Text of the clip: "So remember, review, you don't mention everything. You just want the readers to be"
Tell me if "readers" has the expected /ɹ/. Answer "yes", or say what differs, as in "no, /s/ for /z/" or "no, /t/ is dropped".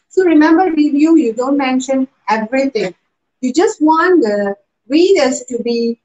no, /w/ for /ɹ/